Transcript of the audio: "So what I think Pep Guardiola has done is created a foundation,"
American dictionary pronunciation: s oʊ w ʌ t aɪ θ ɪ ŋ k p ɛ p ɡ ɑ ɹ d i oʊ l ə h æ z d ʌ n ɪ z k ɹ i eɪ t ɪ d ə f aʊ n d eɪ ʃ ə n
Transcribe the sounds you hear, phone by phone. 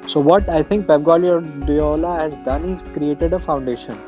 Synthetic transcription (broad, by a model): s oʊ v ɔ t aɪ t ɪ ŋ k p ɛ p ɡ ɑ l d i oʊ l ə h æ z d ʌ n ɪ z k ɹ i eɪ t ɪ d ə f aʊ n d eɪ ʃ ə n